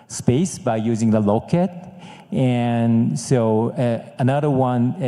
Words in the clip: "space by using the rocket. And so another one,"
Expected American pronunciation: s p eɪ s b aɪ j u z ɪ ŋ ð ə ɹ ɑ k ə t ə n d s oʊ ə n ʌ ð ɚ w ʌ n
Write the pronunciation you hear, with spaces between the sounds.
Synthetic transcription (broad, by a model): s p eɪ s b aɪ j u z ɪ ŋ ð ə l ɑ k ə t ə n s oʊ ə n ʌ ð ɚ w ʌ n